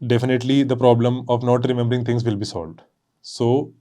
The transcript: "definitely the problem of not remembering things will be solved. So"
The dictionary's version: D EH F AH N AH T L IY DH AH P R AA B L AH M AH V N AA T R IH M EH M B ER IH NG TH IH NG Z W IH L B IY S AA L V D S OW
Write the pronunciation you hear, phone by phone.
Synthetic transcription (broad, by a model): D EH F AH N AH T L IY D AH P R AA B L AH M AH V N AA T R IH M EH M B ER IH NG T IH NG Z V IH L B IY S AA L V D S OW